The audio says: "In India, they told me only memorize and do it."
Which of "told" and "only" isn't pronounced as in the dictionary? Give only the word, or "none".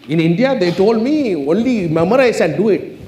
none